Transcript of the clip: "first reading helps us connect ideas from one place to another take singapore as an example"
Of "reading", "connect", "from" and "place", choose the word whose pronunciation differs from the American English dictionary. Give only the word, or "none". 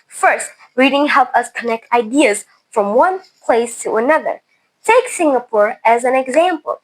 none